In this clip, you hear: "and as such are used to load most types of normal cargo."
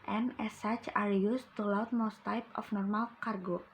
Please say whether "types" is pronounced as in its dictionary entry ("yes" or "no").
no